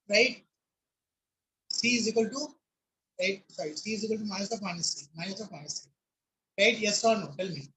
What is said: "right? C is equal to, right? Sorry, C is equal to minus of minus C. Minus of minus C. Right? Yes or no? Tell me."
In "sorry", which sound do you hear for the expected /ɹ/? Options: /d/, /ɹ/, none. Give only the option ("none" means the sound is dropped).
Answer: none